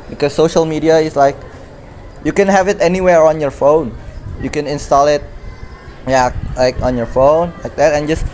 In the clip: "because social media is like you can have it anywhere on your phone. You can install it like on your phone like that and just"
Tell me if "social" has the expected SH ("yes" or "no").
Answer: yes